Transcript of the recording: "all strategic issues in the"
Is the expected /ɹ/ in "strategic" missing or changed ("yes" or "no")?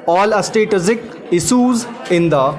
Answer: yes